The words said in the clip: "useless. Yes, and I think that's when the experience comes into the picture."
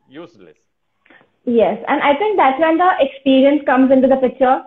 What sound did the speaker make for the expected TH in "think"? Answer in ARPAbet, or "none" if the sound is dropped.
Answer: T